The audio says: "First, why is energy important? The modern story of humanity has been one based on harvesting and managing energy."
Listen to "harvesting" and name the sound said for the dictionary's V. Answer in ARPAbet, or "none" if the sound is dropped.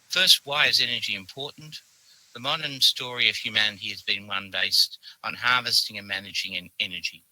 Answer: V